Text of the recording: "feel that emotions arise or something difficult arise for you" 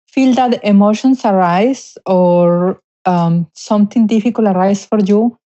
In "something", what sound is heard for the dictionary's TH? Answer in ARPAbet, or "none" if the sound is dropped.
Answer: T